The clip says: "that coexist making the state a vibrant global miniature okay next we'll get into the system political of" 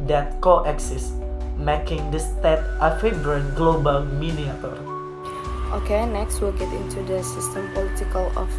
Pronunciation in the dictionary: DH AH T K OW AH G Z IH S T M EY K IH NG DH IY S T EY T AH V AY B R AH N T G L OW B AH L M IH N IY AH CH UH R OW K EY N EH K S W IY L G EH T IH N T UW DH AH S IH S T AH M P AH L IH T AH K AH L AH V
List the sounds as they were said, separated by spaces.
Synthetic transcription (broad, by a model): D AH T K OW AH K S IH S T M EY K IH NG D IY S T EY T AH F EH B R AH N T G L OW B AH L M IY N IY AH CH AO R OW K EY N EH K S W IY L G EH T IH N T UW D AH S IH S T AH M P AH L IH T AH K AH L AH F